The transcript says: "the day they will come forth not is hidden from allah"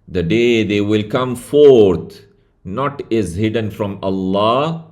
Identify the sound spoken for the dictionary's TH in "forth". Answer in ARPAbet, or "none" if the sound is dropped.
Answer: T